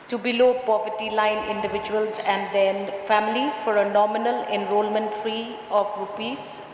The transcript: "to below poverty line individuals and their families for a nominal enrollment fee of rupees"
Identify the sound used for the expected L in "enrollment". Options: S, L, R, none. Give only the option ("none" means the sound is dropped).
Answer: L